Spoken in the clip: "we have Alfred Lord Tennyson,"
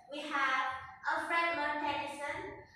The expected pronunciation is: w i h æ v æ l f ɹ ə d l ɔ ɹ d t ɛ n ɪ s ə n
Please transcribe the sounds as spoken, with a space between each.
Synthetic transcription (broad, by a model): w i h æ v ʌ f ɹ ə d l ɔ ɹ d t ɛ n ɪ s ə n